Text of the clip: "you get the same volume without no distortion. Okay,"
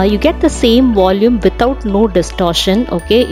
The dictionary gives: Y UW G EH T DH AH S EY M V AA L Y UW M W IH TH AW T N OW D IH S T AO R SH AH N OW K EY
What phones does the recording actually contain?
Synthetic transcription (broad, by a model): Y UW G EH T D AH S EY M V AA L Y UW M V IH T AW T N OW D IH S T AO R SH AH N OW K EY